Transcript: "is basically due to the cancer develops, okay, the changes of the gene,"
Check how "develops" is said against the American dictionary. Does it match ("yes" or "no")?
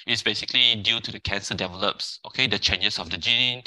yes